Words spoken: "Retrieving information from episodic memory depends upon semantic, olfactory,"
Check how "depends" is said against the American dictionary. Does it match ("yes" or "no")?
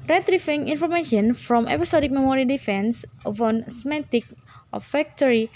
no